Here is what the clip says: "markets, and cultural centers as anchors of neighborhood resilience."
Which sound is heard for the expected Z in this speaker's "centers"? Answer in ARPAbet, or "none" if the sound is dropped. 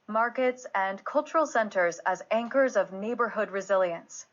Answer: Z